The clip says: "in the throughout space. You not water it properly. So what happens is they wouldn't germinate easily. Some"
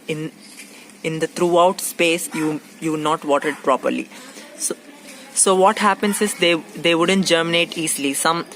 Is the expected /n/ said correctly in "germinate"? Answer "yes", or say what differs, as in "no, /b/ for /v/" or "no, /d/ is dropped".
yes